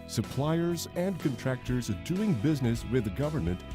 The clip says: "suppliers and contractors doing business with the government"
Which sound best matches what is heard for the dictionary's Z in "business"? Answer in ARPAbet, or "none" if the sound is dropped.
Z